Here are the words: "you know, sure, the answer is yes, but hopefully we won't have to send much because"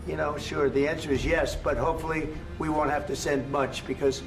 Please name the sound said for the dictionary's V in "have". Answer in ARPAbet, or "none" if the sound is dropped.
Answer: F